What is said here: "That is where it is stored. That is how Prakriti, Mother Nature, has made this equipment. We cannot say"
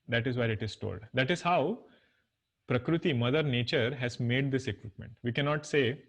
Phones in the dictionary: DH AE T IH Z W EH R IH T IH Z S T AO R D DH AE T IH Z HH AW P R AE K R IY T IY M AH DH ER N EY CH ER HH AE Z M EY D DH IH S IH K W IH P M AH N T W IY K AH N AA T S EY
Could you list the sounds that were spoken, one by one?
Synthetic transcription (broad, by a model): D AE T IH Z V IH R IH T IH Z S T AO L D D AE T IH Z HH AW P R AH K R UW T IY M AH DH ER N EY CH ER HH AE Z M EY D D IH S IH K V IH P M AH N T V IY K AH N AA T S EY